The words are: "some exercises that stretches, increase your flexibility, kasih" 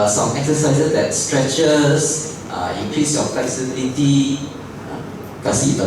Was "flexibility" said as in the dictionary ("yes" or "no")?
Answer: no